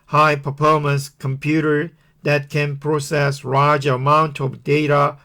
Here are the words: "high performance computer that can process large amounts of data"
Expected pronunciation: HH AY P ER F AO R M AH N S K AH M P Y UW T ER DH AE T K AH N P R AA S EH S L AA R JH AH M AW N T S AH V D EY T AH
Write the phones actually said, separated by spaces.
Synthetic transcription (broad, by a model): HH AY P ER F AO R M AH N S K AH M P Y UW T ER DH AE T K AH N P R AA S EH S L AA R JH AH M AW N T AH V D EY T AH